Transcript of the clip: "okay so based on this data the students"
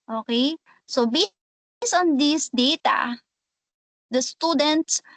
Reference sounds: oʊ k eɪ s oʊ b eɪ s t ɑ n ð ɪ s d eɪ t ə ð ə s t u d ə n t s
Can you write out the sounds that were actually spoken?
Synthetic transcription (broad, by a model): oʊ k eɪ s oʊ b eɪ s ɑ n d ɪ s d eɪ t ə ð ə s t u d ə n t s